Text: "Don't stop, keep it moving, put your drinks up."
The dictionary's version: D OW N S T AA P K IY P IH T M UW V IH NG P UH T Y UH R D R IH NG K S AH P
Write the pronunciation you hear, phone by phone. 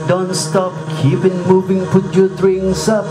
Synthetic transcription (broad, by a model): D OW N S T AA P K IY P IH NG M UW V IH NG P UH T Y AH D R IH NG S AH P